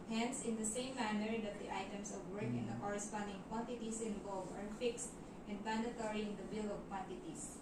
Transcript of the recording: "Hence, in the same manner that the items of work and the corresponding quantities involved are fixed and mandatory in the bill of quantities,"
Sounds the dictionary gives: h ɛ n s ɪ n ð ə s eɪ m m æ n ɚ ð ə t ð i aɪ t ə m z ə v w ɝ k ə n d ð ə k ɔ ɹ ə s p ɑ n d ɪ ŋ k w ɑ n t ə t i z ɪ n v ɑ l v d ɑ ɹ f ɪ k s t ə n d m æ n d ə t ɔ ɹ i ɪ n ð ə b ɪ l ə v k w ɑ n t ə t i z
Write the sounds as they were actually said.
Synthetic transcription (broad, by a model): h ɛ n s ɪ n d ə s eɪ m m æ n ɚ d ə t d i aɪ t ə m s ə v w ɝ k ə n d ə k ɔ ɹ ə s p ɑ n d ɪ ŋ k w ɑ n t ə t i s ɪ n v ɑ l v ɑ ɹ f ɪ k s t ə n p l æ n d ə t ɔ ɹ i ɪ n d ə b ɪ l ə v k w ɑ n t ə t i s